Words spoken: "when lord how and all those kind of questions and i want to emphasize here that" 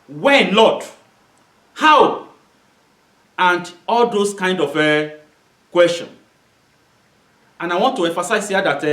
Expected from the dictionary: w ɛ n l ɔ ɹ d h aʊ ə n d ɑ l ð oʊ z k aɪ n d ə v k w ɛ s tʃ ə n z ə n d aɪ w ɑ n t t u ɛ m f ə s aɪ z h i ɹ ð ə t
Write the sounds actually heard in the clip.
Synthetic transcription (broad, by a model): w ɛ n l ɔ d h aʊ ə n d ɑ l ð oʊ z k aɪ n d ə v k w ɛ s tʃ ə n ə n aɪ w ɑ n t t u ɛ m f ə s aɪ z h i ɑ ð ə t